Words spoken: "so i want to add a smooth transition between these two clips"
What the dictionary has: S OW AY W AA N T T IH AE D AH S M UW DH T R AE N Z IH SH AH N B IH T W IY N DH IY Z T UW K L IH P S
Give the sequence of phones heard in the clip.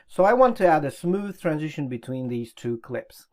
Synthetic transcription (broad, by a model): S OW AY W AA N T T IH AE D AH S M UW DH T R AE N Z IH SH AH N B IH T W IY N DH IY Z T UW K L IH P S